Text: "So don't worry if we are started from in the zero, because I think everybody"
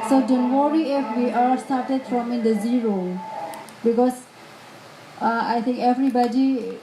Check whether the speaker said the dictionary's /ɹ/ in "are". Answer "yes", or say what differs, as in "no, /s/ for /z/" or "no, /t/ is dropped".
no, /l/ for /ɹ/